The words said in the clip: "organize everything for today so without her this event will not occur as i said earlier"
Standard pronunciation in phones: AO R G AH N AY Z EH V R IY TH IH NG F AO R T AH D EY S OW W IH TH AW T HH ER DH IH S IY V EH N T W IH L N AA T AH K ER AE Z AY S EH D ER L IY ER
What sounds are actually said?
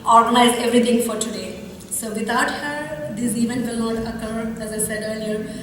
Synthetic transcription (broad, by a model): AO R G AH N AY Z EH V R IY T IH NG F AO R T AH D EY S OW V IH T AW T HH ER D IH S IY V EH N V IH L N AA T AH K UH AE Z AY S EH D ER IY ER